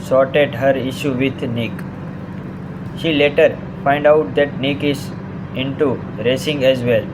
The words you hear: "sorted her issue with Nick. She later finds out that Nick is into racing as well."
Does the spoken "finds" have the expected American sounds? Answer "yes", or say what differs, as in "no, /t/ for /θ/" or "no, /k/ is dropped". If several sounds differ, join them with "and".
no, /z/ is dropped